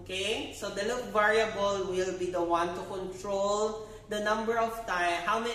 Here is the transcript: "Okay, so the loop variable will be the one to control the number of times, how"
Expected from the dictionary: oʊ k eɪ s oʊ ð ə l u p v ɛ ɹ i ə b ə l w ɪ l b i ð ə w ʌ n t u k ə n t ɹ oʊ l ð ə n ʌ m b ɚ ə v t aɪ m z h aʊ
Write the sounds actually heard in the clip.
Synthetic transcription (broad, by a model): k eɪ s oʊ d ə l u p v ɛ ɹ i ə b ə l w ɪ l b i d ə w ʌ n t u k ə n t ɹ oʊ l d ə n ʌ m b ɚ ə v t aɪ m h aʊ